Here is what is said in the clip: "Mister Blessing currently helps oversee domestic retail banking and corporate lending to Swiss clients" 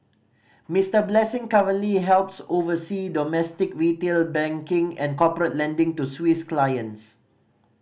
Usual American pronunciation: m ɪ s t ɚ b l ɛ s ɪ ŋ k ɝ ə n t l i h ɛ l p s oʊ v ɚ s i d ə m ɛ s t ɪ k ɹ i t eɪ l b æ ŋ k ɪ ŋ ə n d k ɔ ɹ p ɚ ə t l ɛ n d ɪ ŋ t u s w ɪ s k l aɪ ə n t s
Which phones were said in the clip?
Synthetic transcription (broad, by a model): m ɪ s t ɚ b l ɛ s ɪ ŋ k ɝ ə n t l i h ɛ l p s oʊ v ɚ s i d ə m ɛ s t ɪ k ɹ i t eɪ l b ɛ ŋ k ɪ ŋ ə n k ɔ p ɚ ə t l ɛ n d ɪ ŋ t u s w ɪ s k l aɪ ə n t s